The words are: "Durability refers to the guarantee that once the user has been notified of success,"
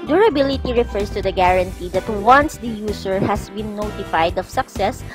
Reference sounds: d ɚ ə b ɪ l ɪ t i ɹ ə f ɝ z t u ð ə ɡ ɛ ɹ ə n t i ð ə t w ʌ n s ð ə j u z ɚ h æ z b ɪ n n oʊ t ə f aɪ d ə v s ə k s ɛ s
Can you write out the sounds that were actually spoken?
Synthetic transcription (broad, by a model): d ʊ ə b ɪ l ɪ t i ɹ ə f ɝ s t u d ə ɡ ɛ ɹ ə n t i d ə t w ʌ n s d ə j u s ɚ h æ s b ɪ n n oʊ t ə f aɪ d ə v s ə k s ɛ s